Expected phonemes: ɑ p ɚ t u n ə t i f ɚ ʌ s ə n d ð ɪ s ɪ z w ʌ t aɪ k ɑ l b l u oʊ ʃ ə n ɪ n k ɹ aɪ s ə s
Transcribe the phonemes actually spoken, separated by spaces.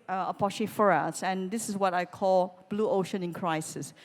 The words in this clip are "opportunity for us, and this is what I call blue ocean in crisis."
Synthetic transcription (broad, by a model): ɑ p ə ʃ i f ɚ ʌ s ə n d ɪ s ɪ s w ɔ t aɪ k ɑ l b l u oʊ ʃ ə n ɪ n k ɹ aɪ s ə s